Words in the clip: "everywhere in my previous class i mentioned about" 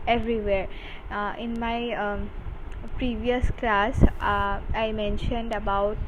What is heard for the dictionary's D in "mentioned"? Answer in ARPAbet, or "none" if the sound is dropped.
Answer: D